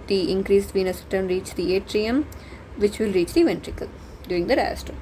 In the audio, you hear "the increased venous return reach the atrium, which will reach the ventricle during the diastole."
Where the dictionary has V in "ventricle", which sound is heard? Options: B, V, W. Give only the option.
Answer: V